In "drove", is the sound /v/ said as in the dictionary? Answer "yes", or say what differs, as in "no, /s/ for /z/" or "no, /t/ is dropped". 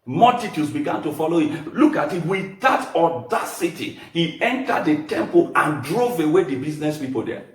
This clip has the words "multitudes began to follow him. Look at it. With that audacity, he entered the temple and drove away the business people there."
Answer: yes